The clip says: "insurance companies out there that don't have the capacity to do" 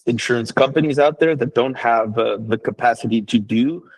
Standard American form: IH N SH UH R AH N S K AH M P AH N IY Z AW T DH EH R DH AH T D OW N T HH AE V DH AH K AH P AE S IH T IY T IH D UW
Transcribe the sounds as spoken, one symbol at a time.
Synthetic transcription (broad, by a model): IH N SH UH R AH N S K AH M P AH N IY Z AW T DH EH R DH AH T D OW N T HH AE V DH AH K AH P AE S IH T IY T IH D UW